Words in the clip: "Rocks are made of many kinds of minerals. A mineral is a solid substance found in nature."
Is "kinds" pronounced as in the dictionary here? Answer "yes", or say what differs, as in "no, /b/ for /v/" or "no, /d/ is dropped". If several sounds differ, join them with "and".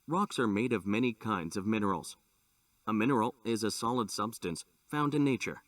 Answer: yes